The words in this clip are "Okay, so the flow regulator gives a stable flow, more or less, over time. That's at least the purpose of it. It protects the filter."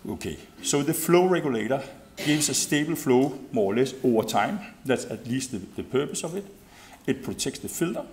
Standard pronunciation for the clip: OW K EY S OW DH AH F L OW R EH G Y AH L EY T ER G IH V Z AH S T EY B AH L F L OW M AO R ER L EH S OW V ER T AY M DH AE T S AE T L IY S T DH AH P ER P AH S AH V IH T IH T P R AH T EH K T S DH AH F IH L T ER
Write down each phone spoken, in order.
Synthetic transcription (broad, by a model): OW K EY S OW DH AH F L OW R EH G Y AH L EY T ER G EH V S AH S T EY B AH L F L OW M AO L EH S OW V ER S AY M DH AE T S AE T L IY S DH DH AH P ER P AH S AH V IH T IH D P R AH S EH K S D DH AH F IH L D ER